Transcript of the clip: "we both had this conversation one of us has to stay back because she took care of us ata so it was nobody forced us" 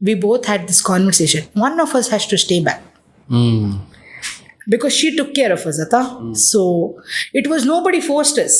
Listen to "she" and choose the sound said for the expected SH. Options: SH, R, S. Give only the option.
SH